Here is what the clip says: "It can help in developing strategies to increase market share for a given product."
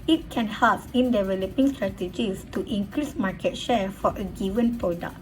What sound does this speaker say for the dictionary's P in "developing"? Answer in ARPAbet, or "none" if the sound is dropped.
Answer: P